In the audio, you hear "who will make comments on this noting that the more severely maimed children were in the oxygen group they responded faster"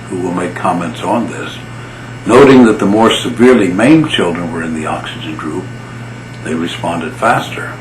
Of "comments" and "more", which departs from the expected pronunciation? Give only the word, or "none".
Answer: none